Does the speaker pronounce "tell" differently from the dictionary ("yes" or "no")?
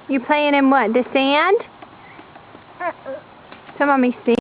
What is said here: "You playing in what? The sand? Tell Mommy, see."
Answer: yes